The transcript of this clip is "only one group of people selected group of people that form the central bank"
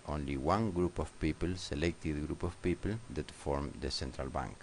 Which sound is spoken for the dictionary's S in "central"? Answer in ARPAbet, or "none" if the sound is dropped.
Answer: S